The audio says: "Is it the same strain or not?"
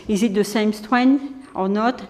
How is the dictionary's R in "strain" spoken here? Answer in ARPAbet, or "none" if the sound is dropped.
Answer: W